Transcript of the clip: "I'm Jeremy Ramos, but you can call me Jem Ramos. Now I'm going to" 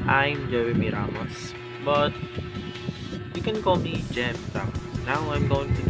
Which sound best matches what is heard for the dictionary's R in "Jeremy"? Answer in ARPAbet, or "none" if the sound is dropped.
W